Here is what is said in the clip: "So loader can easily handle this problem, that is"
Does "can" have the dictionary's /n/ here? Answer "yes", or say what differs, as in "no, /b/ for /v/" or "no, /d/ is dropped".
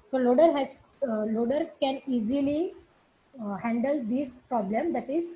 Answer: yes